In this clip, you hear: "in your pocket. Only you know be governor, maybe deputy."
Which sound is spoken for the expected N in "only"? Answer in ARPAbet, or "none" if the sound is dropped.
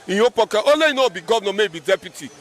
none